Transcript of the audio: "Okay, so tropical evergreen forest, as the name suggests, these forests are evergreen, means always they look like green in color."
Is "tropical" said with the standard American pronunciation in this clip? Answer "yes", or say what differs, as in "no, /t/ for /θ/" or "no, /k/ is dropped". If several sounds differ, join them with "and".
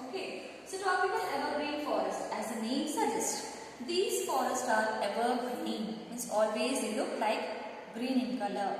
no, /ɹ/ is dropped